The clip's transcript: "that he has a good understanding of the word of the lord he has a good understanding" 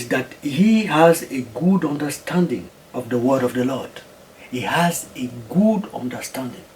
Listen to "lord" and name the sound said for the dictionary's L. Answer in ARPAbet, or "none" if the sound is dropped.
L